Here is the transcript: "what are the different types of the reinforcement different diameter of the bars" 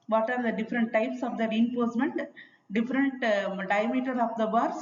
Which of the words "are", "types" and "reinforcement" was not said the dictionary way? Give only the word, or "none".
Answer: reinforcement